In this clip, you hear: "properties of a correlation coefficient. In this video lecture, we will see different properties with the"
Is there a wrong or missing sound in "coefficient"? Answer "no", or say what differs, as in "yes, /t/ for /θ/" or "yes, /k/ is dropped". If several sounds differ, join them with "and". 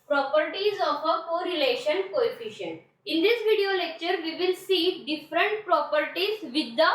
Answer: no